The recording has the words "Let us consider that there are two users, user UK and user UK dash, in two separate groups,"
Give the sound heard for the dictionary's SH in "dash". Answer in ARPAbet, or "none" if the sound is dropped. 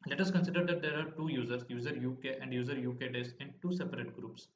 S